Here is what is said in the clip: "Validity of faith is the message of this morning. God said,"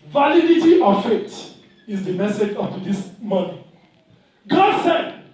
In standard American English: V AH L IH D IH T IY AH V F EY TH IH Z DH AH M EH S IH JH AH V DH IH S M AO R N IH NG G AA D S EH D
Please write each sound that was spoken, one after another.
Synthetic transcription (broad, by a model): V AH L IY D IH T IY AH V F EY T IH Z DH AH M EH S IH JH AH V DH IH S M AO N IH G AA D S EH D